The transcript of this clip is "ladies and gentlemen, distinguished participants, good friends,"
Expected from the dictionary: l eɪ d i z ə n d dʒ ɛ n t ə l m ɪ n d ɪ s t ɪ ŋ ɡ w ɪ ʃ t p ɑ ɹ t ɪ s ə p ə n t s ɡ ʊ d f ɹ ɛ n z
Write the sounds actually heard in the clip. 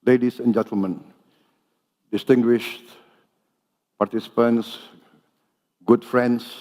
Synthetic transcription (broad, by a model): l eɪ d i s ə n dʒ ɛ n t ə l m ɪ n d ɪ s t ɪ ŋ ɡ w ɪ ʃ t p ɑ ɹ t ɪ s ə p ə n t s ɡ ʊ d f ɹ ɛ n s